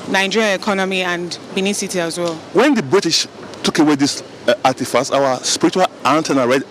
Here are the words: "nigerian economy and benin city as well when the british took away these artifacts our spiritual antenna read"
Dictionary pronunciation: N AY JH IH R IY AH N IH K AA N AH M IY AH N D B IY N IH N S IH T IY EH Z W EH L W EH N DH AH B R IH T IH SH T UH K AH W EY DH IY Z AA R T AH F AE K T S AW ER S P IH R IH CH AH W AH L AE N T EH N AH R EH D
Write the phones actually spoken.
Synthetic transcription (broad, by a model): N AY JH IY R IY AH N IH K AA N AH M IY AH N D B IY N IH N S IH T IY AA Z W EH L W EH N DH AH B R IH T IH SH T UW K AH W EY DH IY S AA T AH F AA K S AW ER S P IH R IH CH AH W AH L AE N T EH N AH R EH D